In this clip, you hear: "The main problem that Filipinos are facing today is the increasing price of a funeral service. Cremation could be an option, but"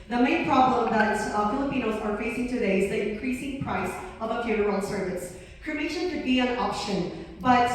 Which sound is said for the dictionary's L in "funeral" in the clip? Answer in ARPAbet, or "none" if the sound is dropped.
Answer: N